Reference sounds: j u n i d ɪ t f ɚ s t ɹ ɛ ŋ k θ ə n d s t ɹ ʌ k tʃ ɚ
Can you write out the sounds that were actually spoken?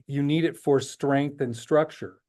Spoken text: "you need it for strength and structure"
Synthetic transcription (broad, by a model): j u n i d ɪ t f ɚ s t ɹ ɛ ŋ k θ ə n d s t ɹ ʌ k tʃ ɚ